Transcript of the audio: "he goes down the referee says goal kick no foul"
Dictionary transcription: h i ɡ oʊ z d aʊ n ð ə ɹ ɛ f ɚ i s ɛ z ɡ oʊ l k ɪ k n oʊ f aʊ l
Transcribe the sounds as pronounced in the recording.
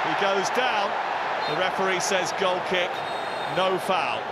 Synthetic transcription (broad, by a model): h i ɡ oʊ z d aʊ n ð ə ɹ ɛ p ɚ i s ɛ z ɡ oʊ l k ɪ k n oʊ f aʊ l